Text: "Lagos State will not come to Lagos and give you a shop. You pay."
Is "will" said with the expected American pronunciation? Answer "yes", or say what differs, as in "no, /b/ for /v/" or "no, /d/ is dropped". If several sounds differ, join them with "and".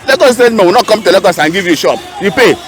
no, /w/ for /l/